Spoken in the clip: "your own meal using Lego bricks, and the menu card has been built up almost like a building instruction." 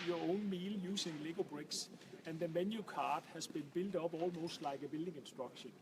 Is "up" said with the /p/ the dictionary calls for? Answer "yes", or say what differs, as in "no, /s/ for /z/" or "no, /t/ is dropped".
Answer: no, /b/ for /p/